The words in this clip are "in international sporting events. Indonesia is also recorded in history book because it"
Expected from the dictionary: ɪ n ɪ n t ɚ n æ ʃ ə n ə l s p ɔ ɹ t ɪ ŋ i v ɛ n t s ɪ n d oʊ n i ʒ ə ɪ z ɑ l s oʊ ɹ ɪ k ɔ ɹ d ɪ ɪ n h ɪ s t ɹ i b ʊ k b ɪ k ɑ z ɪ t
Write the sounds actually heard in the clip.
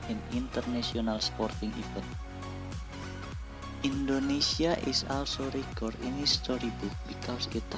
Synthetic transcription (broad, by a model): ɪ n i n t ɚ n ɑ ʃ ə n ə l s p ɔ ɹ t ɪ ŋ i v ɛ t i n d oʊ n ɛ s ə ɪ s ɑ l s oʊ ɹ ɪ k ɔ ɹ d ɪ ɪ n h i s t ɹ i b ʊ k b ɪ k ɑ s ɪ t